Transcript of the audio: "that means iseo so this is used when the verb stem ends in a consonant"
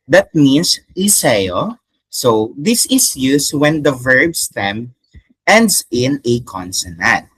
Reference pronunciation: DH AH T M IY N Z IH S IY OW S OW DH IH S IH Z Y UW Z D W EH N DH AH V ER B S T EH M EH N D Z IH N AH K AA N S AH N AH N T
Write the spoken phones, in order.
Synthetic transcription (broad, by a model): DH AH T M IY N S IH S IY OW S OW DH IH S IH S Y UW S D W EH N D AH V ER B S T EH M EH N D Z IH N AH K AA N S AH N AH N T